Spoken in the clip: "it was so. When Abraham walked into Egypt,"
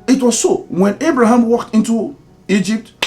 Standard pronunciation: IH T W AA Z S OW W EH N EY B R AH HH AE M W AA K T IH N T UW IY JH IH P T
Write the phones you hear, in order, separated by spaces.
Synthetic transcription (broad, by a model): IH T W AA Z S OW W EH N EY B R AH HH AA M W AA K T IH N T UW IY JH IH P T